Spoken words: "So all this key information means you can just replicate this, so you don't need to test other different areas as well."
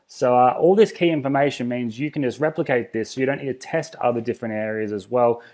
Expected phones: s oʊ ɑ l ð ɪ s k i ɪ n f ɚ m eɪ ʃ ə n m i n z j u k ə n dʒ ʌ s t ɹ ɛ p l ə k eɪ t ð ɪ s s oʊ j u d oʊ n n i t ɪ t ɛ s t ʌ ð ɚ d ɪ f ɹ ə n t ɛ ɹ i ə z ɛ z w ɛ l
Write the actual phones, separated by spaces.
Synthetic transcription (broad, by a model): s oʊ ɑ l ð ɪ s k i ɪ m f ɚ m eɪ ʃ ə n m i n z j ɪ k n dʒ ʌ s t ɹ ɛ p l ə k eɪ t ð ɪ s s oʊ j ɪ d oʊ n n i t ɪ t ɛ s t ʌ ð ɚ d ɪ f ɹ ə n t ɛ ɹ i ə z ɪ z w ɛ l